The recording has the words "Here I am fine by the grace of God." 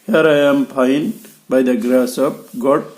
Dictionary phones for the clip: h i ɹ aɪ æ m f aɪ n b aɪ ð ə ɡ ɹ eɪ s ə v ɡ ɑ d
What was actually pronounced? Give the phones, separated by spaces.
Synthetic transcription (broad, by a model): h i ɹ aɪ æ m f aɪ n b aɪ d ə ɡ ɹ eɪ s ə p ɡ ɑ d